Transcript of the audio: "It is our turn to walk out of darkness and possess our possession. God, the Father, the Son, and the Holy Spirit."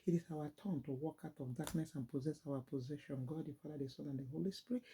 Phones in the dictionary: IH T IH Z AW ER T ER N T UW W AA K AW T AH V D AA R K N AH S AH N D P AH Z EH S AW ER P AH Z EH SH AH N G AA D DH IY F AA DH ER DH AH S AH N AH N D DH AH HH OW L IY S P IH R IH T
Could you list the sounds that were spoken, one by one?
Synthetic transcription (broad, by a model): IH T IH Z AW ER T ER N T UW W AA K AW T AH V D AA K N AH S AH N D P AH Z EH S AW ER P AH Z EH SH AH N G AA D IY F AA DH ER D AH S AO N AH N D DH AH HH OW L IY S P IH R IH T